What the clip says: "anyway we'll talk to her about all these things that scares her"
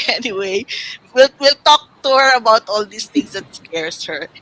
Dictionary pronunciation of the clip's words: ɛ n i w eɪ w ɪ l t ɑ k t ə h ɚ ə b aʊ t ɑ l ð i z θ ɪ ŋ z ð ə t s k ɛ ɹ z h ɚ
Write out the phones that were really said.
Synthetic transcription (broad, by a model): ɛ n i w eɪ w ɪ l t ɑ k t ə h ɚ ə b aʊ t ɑ l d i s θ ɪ ŋ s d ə t s k ɛ ɹ s h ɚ